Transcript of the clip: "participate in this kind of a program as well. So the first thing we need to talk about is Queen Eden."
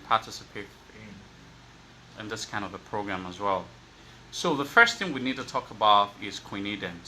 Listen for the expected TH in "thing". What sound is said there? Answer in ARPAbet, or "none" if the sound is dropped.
TH